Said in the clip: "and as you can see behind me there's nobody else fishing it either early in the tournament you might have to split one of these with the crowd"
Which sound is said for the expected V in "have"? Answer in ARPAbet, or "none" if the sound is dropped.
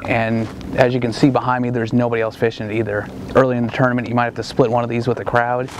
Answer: F